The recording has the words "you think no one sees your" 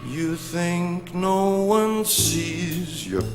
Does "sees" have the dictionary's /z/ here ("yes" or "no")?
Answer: yes